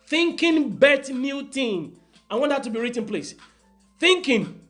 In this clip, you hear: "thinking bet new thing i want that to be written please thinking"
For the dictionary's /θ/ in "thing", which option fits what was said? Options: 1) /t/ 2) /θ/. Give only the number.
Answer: 1